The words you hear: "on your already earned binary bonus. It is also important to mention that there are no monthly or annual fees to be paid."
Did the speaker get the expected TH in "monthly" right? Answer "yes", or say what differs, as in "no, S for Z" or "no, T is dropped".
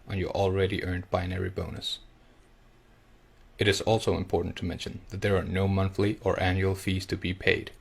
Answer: yes